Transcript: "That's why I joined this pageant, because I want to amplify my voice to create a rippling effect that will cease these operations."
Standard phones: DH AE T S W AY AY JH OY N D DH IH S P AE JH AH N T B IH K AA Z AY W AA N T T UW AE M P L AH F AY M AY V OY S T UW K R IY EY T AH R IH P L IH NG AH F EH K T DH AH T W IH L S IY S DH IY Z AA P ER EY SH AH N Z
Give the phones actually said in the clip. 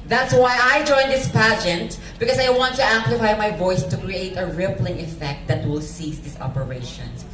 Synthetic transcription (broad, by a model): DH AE T S W AY AY JH OY N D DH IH S P AE JH AH N T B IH K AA S AY W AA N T T UW AE M P L AH F AY M AY V OY S T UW K R IY EY T AH R IH P L IH NG AH F EH K T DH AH T W IH L S IY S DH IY S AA P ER EY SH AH N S